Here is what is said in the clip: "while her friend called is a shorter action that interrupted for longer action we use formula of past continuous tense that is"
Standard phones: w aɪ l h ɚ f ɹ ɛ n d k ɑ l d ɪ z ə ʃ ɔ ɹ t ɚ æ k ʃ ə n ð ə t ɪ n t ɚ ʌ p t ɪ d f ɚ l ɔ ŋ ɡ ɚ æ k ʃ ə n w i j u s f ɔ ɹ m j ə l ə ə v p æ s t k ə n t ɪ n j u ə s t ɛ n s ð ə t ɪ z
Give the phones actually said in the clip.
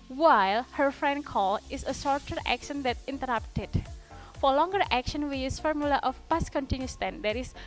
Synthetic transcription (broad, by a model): w aɪ l h ɚ f ɹ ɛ n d k ɑ l ɪ s ə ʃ ɔ ɹ t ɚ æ k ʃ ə n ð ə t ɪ n t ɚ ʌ p t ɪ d f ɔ l ɔ ŋ ɡ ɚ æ k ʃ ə n w i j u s f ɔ ɹ m j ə l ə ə f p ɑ s k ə n t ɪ n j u s t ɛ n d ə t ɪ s